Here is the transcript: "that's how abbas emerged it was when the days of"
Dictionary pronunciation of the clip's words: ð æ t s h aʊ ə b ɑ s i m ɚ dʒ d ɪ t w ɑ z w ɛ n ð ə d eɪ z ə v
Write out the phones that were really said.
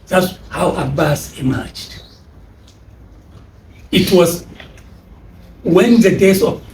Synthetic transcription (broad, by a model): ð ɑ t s h aʊ ə b ɑ s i m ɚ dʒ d ɪ t w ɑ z w ɛ n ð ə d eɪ s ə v